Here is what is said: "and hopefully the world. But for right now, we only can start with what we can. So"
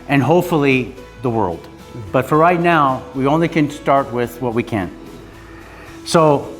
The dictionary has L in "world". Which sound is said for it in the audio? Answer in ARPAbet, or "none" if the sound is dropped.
L